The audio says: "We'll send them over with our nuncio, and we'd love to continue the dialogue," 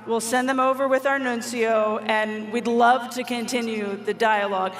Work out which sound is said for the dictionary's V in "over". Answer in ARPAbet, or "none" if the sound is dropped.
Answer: V